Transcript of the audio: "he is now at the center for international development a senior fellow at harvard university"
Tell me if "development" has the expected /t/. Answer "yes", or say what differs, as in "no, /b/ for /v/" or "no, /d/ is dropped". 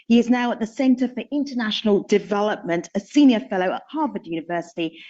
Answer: yes